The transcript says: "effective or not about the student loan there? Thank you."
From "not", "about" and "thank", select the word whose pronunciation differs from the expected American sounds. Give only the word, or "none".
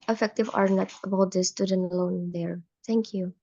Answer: thank